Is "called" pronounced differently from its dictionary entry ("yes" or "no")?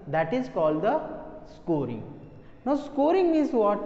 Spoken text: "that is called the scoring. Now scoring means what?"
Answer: no